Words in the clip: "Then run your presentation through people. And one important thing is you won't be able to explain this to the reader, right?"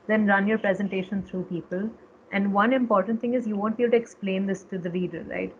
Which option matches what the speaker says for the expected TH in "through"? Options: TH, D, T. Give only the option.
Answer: T